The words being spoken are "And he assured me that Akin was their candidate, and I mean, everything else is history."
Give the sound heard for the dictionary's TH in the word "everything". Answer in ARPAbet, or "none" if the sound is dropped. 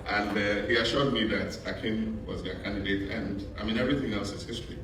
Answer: TH